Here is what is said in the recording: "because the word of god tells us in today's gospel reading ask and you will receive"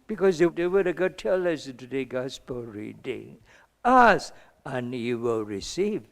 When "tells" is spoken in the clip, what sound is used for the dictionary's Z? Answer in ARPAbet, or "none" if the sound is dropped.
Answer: none